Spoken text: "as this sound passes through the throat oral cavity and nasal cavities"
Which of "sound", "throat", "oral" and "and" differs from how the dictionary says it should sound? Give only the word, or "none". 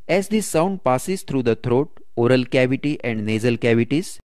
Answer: throat